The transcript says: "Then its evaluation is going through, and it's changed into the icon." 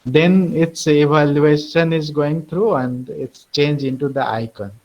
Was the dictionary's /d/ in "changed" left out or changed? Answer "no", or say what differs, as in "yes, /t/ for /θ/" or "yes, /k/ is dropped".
yes, /d/ is dropped